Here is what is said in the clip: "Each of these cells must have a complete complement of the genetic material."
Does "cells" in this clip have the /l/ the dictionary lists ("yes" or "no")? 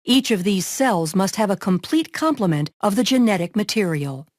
yes